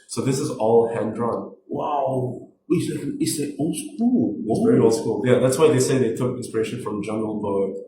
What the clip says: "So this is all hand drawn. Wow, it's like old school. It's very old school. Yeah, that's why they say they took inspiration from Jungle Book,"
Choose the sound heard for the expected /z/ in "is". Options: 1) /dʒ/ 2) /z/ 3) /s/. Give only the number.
2